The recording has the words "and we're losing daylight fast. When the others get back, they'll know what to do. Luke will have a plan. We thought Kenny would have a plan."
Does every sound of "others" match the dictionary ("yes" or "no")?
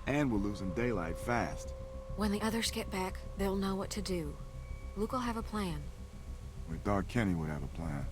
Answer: yes